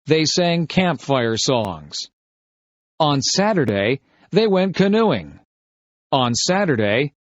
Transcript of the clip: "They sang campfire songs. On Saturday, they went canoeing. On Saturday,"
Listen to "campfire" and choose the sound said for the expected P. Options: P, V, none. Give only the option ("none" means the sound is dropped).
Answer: P